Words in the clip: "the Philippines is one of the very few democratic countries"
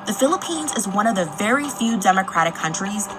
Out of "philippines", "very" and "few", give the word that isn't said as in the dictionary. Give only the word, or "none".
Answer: none